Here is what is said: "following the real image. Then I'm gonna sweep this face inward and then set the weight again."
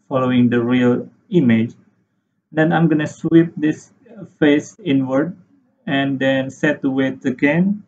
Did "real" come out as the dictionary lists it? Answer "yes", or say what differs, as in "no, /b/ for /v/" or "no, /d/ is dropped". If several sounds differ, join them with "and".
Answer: yes